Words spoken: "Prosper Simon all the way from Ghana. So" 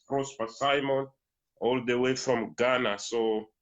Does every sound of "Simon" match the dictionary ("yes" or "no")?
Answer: yes